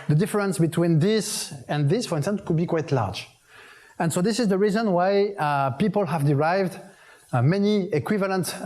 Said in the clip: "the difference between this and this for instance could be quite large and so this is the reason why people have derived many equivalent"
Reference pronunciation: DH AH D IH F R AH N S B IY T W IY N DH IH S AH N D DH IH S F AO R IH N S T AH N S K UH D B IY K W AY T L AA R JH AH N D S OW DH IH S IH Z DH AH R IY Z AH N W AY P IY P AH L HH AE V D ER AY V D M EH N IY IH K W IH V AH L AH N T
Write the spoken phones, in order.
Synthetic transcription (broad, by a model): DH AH D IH F R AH N S B IY T W IY N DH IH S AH N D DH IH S F AO R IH N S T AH N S K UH D B IY K W AY T L AA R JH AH N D S OW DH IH S IH Z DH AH R IY Z AH N W AY P IY P AH L HH AE V D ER AY V D M EH N IY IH K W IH V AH L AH N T